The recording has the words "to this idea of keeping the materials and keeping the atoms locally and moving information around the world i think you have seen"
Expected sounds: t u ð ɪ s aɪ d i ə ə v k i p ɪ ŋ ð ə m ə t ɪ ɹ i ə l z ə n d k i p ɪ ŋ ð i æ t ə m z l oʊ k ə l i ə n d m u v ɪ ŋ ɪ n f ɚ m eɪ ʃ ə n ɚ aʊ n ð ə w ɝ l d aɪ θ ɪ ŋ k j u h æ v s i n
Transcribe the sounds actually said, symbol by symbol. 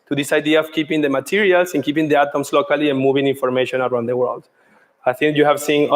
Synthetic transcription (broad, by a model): t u ð ɪ s aɪ d i ə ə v k i p ɪ ŋ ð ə m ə t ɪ ɹ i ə l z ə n k i p ɪ ŋ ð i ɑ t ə m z l oʊ k ə l i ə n m u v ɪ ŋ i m f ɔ m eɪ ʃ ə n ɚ aʊ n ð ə w ɝ l d aɪ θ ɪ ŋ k j u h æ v s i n